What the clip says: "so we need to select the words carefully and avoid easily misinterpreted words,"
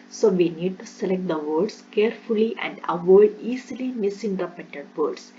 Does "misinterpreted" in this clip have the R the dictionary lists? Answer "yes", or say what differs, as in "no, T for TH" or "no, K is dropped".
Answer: no, R is dropped